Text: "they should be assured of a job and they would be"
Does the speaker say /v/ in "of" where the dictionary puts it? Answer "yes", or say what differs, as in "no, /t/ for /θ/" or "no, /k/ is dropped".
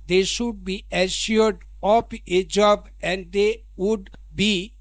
no, /p/ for /v/